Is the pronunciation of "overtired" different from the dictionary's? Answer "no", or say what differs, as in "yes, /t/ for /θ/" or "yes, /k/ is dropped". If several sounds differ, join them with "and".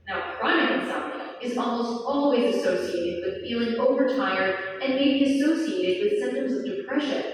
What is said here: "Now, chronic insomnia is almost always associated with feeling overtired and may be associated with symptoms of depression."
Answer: no